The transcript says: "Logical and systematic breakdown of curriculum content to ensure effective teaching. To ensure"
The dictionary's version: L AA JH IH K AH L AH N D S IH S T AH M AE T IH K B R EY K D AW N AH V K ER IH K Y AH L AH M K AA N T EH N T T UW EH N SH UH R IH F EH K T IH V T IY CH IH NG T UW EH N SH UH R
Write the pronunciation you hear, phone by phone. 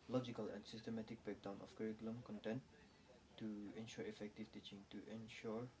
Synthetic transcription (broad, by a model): L AA JH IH K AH L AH N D S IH S T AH M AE T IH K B EY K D AW N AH F K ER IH K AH L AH M K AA N T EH N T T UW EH N SH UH R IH F EH K T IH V T IY CH IH NG T UW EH N SH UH R